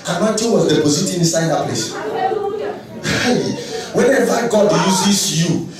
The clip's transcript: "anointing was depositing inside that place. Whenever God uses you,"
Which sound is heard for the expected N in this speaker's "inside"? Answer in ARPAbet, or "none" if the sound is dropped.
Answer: none